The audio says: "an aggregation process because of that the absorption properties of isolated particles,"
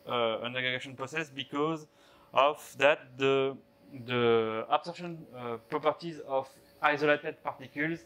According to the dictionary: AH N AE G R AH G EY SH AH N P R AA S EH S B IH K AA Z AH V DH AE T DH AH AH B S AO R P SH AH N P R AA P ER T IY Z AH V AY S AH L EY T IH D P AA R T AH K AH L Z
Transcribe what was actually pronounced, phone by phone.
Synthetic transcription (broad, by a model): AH N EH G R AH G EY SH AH N P R AA S EH S B IH K AA Z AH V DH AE T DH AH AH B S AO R SH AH N P R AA P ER T IY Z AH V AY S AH L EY T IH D P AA R T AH K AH L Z